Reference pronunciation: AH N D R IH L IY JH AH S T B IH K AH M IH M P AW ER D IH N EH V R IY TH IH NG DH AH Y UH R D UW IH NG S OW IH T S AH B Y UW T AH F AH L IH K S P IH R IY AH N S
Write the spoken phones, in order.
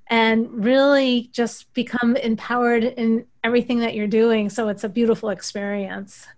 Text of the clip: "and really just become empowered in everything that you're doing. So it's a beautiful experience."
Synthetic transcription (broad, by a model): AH N R IH L IY JH AH S T B IH K AH M IH M P AW ER D IH N EH V R IY TH IH NG DH AH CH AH R D UW IH NG S OW IH T S AH B Y UW T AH F L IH K S P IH R IY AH N S